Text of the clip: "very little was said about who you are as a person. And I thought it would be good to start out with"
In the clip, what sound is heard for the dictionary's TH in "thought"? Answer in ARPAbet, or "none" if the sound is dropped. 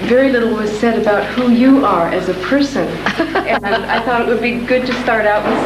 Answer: TH